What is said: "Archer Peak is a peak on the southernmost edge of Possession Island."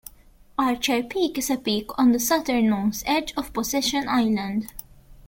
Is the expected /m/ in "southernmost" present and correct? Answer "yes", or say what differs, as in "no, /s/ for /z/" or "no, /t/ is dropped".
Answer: no, /m/ is dropped